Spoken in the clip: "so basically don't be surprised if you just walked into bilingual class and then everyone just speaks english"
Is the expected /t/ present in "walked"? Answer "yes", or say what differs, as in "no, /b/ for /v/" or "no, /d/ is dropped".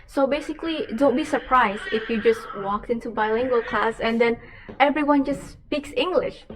yes